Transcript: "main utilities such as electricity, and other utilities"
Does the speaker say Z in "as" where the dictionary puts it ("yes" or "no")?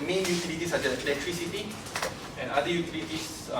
no